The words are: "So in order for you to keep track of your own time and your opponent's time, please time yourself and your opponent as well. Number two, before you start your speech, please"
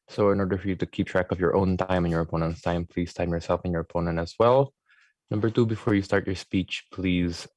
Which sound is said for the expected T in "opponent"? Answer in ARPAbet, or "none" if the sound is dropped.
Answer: T